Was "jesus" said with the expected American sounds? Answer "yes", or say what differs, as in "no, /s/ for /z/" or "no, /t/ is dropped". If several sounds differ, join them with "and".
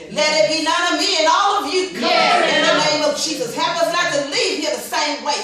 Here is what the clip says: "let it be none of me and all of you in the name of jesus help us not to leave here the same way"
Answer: yes